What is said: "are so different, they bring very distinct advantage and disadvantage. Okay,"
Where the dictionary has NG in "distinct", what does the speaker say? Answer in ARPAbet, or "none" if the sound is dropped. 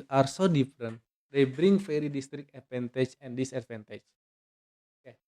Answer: none